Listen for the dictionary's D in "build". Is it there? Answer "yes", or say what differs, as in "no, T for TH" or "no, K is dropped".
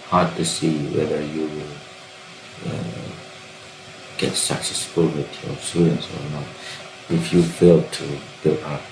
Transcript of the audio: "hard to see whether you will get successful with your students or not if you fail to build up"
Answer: no, D is dropped